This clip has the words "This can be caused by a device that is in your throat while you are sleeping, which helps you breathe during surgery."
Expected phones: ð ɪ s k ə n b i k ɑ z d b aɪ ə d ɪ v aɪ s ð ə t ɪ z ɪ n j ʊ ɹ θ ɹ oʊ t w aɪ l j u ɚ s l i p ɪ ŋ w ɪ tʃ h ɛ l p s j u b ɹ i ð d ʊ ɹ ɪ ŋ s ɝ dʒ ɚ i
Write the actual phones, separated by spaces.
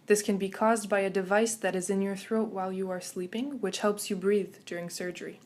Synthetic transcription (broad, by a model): ð ɪ s k ə n b i k ɑ z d b aɪ ə d ɪ v aɪ s ð ə t ɪ z ɪ n j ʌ ɹ θ ɹ oʊ t w aɪ l j u ɚ s l i p ɪ ŋ w ɪ tʃ h ɛ l p s j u b ɹ i ð d ʊ ɹ ɪ ŋ s ɝ dʒ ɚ i